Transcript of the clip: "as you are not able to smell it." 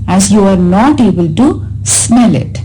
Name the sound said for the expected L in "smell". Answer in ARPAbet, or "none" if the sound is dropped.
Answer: L